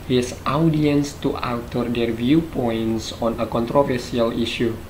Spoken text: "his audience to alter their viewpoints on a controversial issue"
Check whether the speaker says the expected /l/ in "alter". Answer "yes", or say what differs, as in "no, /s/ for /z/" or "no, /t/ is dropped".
no, /w/ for /l/